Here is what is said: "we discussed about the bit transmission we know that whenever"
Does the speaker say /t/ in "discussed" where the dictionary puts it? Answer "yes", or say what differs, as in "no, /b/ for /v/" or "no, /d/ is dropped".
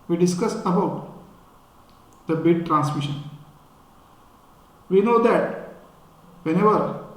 no, /t/ is dropped